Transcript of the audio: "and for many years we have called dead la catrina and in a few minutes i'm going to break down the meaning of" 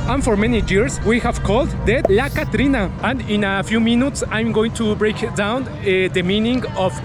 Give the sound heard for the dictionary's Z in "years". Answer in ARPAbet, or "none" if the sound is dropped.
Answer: S